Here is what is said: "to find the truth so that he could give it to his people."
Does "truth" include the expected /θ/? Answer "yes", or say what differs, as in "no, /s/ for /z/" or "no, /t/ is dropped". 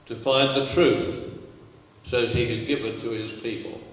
yes